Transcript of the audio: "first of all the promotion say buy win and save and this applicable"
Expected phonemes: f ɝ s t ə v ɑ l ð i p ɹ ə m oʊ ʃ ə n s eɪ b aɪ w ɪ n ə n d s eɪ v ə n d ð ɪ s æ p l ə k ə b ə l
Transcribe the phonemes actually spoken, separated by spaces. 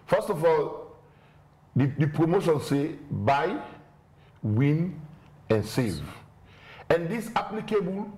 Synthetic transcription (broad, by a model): f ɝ s t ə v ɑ l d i p ɹ ə m oʊ ʃ ə n s eɪ b aɪ w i n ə n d s eɪ v ə n d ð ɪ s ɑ p l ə k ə b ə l